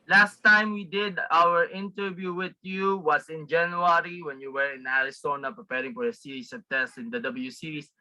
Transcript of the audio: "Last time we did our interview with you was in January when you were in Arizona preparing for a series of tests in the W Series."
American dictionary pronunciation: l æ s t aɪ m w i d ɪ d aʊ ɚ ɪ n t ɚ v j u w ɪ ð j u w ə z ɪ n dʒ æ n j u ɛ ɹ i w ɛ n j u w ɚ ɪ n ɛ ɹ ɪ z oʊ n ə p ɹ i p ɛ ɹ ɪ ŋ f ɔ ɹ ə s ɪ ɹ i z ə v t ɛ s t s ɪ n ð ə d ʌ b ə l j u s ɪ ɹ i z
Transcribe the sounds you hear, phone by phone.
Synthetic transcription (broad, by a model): l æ s t aɪ m w i d ɪ d aʊ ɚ ɪ n t ɚ v j u w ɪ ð j u w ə s ɪ n dʒ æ n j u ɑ ɹ i w ɛ n j u w ɚ ɪ n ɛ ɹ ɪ s oʊ n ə p ɹ i p ɛ ɹ ɪ ŋ f ɔ ɹ ə s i ɹ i s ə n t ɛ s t ɪ n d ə d ʌ b ə l j u s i ɹ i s